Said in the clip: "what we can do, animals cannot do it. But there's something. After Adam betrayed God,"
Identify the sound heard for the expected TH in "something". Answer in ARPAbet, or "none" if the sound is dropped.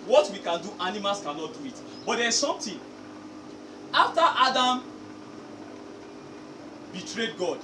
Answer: T